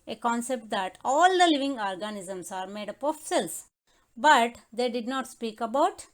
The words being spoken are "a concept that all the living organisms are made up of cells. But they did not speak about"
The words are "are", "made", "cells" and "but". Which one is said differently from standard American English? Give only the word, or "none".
cells